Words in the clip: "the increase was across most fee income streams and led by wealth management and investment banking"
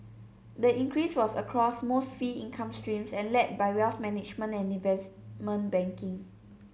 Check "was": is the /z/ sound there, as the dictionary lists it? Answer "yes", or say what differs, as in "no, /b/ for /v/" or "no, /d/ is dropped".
no, /s/ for /z/